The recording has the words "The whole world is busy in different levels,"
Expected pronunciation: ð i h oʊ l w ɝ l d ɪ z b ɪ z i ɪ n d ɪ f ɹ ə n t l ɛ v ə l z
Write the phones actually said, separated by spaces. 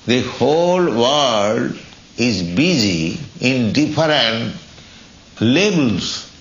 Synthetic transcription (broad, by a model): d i h oʊ l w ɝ d ɪ z b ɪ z i ɪ n d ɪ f ɹ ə n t l ɛ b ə l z